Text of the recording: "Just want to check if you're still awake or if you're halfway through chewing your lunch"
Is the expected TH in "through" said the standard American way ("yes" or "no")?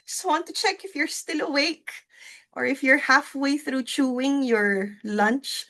yes